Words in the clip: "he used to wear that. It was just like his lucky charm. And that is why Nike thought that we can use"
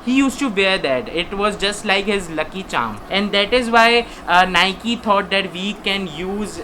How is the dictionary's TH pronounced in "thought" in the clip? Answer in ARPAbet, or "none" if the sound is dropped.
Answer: T